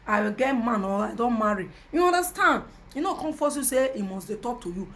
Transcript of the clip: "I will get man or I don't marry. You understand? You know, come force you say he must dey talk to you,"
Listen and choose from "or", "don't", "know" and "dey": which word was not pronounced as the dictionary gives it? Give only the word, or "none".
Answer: or